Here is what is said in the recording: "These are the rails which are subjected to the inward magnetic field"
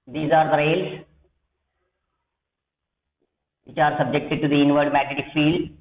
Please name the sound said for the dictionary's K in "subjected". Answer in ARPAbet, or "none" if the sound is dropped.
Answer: K